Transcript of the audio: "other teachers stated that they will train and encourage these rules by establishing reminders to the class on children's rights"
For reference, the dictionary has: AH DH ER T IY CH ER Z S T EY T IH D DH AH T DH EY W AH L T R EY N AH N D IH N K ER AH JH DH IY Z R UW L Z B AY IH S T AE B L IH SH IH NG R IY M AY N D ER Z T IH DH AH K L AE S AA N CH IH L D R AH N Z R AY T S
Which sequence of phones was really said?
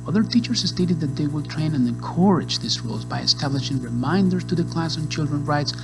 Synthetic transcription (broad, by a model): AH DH ER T IY CH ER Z S T EY T IH D DH AH T DH EY W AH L T R EY N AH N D IH N K ER AH JH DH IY S R UW L Z B AY IH S T AE B L IH SH IH NG R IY M AY N D ER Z T IH DH AH K L AE S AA N CH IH L D R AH N R AY T S